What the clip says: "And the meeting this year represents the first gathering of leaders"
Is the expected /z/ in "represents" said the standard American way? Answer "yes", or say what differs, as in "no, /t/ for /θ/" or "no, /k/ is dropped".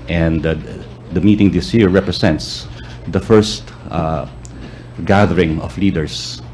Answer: no, /s/ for /z/